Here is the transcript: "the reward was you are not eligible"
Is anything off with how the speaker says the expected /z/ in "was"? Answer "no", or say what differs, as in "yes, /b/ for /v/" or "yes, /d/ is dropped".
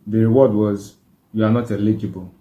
no